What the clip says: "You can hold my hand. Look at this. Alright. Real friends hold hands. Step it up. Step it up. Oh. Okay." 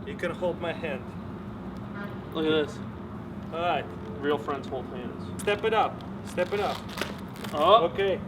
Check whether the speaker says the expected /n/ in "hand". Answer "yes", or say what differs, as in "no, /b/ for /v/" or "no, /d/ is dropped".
yes